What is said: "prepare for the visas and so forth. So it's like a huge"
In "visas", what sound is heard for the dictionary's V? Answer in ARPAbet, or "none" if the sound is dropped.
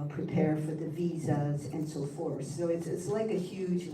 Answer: V